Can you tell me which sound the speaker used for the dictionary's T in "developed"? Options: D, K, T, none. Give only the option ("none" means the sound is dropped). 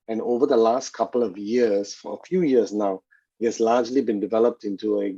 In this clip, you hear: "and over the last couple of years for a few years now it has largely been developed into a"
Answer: T